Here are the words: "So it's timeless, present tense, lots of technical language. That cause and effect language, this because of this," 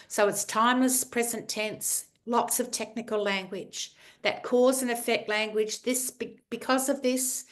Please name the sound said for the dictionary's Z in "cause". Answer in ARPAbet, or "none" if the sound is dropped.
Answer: Z